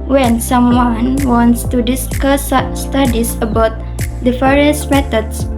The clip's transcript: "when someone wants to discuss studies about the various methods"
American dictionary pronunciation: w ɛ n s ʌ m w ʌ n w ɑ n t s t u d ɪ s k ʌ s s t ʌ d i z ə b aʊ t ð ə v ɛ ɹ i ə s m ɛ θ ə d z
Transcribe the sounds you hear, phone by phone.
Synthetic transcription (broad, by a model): w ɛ n s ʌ m w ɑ n w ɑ n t s t u d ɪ s k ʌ s s t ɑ d i s ə b aʊ t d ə f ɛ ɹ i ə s m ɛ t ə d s